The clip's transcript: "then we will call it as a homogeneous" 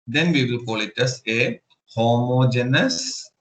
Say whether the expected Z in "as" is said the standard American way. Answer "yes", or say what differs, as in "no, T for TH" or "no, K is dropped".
no, S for Z